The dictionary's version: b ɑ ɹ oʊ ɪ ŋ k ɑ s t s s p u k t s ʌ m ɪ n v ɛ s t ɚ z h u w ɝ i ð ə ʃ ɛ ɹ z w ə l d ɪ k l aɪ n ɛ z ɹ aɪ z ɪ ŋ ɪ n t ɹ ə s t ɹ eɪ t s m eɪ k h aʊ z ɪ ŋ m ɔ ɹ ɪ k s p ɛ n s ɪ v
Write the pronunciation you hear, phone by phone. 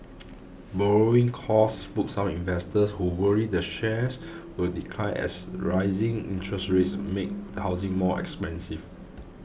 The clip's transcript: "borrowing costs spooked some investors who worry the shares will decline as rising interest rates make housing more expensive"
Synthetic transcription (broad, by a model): b ɑ ɹ oʊ ɪ ŋ k ɑ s s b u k s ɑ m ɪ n v ɛ s t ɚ s h u w ɝ i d ə ʃ ɛ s w ə l d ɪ k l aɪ ɛ s ɹ aɪ z ɪ ŋ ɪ n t ɹ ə s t ɹ eɪ t s m eɪ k h aʊ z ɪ ŋ m ɔ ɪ k s p ɛ n s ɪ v